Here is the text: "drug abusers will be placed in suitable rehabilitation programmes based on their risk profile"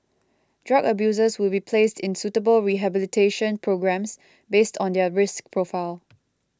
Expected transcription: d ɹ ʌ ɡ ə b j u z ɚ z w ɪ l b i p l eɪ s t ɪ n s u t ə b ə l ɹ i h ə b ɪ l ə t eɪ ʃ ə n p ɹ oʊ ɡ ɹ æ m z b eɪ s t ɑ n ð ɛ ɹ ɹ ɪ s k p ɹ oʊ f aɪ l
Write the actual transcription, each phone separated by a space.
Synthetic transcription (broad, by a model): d ɹ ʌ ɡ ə b j u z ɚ s w ɪ l b i p l eɪ s t ɪ n s u t ə b ə l ɹ i h ə b ɪ l ə t eɪ ʃ ə n p ɹ oʊ ɡ ɹ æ m s b eɪ s t ɑ n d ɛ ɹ ɹ ɪ s k p ɹ oʊ f aɪ l